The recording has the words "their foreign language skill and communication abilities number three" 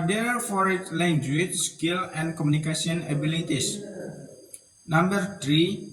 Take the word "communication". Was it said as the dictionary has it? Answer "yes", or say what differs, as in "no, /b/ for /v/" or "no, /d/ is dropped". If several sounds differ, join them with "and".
no, /s/ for /ʃ/